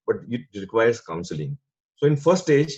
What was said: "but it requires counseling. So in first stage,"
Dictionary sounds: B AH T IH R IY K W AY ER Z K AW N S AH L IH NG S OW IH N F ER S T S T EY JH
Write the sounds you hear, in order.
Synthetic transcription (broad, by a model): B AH T IH R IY K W AY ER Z K AW N S AH L IH NG S OW IH N F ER T S T EY JH